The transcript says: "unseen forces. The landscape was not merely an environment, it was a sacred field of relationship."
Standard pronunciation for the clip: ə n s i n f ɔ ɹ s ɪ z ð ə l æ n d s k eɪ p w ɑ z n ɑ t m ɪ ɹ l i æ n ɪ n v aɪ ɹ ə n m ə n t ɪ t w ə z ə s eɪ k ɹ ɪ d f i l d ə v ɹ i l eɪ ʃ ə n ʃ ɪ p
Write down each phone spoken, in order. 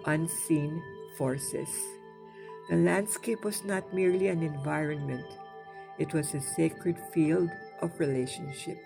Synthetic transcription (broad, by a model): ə n s i n f ɔ ɹ s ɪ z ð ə l æ n d s k eɪ p w ɑ z n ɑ t m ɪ ɹ l i æ n ɪ n v aɪ ɹ ə n m ə n t ɪ t w ə z ə s eɪ k ɹ ɪ d f i l d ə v ɹ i l eɪ ʃ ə n ʃ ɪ p